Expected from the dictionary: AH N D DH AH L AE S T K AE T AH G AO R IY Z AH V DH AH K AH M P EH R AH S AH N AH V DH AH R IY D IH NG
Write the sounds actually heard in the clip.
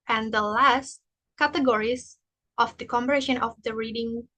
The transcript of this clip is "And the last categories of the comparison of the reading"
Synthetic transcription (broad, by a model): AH N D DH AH L AE S T K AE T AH G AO R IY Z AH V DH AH K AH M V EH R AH SH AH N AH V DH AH R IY D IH NG